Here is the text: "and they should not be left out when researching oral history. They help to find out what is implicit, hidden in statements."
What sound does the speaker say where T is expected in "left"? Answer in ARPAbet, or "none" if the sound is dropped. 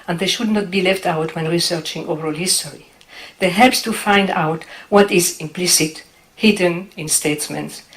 T